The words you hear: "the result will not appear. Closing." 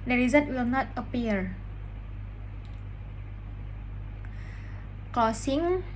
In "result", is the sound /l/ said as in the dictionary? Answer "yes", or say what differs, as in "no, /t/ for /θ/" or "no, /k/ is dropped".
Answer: no, /l/ is dropped